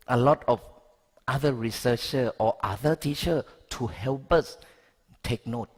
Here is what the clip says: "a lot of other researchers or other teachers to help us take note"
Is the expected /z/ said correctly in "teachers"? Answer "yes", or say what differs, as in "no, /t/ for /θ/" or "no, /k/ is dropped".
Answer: no, /z/ is dropped